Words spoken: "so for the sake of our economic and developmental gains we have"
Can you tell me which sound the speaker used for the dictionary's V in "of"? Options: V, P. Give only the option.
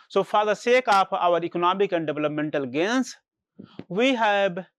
P